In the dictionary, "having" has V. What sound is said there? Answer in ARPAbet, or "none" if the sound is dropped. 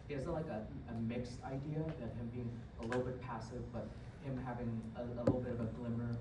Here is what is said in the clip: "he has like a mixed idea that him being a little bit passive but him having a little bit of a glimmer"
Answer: V